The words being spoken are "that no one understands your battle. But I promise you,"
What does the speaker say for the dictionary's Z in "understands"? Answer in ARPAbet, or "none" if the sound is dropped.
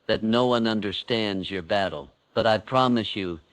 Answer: Z